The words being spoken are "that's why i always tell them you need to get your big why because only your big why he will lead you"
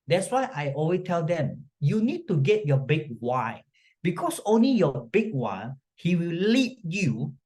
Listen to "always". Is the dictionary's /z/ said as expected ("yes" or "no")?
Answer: no